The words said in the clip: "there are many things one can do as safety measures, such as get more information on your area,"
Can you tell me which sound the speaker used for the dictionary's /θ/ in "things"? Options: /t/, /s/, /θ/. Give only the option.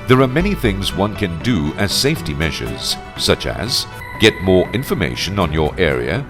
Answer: /θ/